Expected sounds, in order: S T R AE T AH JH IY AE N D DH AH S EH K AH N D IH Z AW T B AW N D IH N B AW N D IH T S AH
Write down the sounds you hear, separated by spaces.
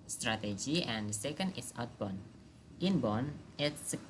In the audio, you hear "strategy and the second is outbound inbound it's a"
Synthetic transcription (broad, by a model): S T R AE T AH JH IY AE N D S EH K AH N D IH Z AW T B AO N IH N B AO N IH T S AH